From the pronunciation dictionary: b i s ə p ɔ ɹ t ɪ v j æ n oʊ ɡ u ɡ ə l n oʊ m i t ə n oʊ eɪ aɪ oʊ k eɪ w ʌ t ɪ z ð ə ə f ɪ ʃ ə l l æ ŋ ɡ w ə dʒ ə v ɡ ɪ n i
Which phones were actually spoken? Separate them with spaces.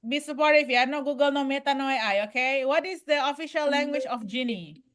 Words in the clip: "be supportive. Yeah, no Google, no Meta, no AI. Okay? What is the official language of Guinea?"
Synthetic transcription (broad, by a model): b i s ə p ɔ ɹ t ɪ f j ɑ n oʊ ɡ u ɡ ə l n oʊ m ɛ t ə n oʊ eɪ aɪ oʊ k eɪ w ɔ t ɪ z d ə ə f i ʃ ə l l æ ŋ ɡ w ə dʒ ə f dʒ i n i